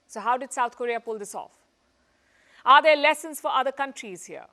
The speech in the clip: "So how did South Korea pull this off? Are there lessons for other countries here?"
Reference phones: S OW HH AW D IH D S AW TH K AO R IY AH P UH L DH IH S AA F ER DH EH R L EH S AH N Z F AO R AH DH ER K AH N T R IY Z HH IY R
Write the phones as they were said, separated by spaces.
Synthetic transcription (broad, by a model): S OW HH AW D IH D S AW T K AO R IY AH P UH L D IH S AA F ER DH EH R L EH S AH N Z F AO R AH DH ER K AH N T R IY Z HH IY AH